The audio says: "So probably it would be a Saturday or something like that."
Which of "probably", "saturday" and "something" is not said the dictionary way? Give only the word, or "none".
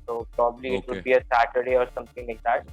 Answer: something